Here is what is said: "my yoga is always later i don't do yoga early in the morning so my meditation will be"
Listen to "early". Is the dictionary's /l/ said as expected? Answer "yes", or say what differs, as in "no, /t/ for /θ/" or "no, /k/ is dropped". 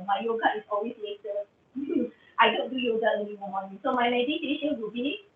no, /n/ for /l/